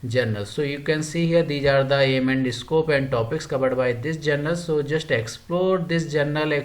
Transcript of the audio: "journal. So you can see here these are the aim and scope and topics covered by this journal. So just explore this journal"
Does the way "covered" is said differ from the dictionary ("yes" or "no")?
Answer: yes